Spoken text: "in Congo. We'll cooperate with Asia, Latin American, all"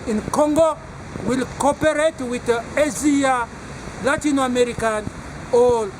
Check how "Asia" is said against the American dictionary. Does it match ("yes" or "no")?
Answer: no